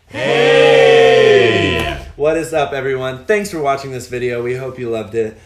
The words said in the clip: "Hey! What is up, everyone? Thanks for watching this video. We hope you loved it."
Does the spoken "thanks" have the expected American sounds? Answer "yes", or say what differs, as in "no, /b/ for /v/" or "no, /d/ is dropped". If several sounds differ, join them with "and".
yes